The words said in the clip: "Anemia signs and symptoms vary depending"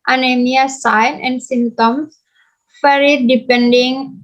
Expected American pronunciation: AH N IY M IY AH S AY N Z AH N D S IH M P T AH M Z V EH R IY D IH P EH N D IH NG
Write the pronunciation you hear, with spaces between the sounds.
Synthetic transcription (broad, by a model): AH N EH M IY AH S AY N AH N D S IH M T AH M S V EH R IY D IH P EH N D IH NG